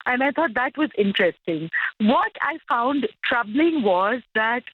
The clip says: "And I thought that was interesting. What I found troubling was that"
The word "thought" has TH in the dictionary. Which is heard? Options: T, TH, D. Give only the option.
T